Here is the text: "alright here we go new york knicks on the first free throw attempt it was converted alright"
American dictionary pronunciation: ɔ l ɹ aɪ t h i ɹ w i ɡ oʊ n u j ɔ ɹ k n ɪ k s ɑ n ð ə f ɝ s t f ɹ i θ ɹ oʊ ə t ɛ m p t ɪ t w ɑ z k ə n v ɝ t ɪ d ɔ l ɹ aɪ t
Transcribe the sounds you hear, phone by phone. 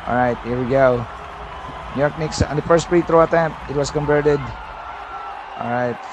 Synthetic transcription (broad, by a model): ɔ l ɹ aɪ t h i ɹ w i ɡ oʊ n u j ɔ ɹ k n ɪ k s ɑ n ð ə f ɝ s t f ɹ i t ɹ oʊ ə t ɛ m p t ɪ t w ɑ s k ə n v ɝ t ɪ d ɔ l ɹ aɪ t